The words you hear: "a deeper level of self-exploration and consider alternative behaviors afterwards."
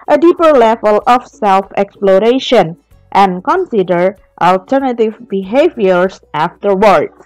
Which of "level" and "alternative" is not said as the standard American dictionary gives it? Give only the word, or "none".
none